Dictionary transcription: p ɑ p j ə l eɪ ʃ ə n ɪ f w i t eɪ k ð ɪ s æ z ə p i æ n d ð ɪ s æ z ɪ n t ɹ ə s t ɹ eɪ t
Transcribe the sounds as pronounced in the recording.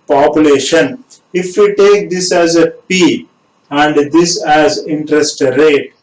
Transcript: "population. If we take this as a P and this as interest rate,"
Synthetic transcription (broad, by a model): p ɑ p j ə l eɪ ʃ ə n ɪ f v i t eɪ k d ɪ s æ z ə p i æ n d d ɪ s æ z ɪ n t ɹ ə s t ɹ eɪ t